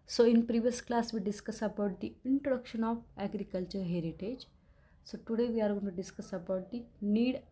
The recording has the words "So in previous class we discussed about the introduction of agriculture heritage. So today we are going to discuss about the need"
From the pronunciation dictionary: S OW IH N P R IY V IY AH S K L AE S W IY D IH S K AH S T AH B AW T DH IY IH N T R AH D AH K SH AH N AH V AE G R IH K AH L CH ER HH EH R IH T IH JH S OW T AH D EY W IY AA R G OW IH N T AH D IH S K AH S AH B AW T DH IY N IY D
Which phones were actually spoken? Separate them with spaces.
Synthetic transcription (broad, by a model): S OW IH N P R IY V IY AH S K L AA S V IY D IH S K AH S AH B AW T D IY IH N T R AH D AH K SH AH N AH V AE G R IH K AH L CH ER HH EH R IH T IH JH S OW T AH D EY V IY AA R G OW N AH D IH S K AH S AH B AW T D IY N IY D